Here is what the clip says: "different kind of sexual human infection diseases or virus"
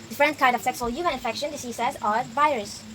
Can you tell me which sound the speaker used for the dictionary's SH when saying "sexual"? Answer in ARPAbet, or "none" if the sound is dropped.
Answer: S